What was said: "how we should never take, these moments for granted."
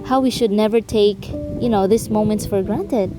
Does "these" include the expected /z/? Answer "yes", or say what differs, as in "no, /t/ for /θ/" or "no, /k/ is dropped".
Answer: no, /s/ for /z/